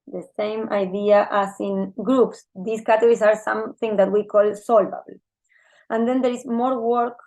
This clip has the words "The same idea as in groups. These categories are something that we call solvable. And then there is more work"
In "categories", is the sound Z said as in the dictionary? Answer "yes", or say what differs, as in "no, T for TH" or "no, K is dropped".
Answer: no, S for Z